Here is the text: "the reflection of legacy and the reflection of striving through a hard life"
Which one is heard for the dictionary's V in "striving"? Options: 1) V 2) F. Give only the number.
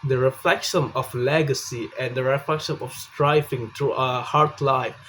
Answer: 2